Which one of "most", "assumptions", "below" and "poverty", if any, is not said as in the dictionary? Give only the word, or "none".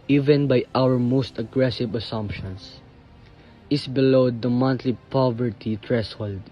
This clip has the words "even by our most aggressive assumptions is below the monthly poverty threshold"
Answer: assumptions